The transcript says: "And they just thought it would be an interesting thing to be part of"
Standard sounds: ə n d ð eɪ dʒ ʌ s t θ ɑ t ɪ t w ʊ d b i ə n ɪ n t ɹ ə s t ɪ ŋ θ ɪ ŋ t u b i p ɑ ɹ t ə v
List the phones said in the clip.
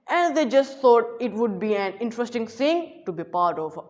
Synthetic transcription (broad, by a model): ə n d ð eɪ dʒ ʌ s t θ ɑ t ɪ t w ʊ d b i ə n ɪ n t ɹ ə s t ɪ ŋ s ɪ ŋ t u b i p ɑ ɹ t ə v